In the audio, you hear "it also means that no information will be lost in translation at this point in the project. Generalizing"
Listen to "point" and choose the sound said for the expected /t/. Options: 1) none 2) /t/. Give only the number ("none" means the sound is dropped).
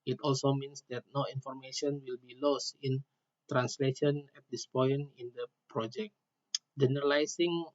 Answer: 1